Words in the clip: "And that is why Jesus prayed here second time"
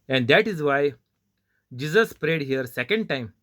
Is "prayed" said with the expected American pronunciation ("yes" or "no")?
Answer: yes